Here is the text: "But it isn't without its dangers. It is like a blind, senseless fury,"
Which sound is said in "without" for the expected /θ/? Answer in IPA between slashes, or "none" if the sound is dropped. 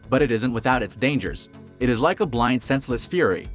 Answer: /θ/